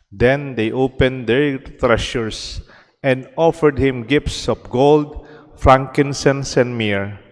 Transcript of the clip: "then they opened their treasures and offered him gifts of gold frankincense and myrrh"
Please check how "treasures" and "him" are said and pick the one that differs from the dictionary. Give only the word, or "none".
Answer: treasures